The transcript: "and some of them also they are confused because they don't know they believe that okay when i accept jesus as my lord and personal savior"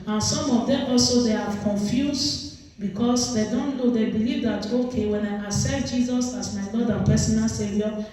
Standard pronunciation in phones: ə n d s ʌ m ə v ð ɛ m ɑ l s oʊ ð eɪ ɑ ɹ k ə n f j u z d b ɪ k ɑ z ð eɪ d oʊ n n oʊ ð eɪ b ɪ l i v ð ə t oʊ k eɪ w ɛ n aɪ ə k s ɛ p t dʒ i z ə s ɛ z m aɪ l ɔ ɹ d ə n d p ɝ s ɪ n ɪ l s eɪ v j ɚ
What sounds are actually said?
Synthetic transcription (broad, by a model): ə n s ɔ m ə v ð ɛ m ɑ l s oʊ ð eɪ ɑ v k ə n f j u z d b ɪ k ɑ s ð eɪ d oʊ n n oʊ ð eɪ b ɪ l i v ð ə t oʊ k eɪ w ɛ n aɪ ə s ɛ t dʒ i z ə s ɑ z m aɪ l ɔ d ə p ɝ s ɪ n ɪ l s eɪ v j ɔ